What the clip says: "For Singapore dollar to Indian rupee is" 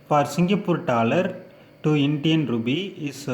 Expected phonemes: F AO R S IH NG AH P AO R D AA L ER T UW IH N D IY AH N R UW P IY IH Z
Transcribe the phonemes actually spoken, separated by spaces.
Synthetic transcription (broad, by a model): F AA R S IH NG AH P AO R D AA L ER T UW IH N D IY AH N R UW B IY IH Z